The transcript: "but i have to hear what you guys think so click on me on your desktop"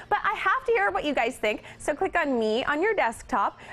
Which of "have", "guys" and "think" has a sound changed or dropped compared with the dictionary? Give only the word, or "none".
have